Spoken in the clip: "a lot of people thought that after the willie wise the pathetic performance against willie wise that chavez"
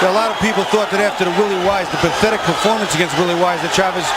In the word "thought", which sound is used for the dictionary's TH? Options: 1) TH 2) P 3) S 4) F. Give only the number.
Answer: 1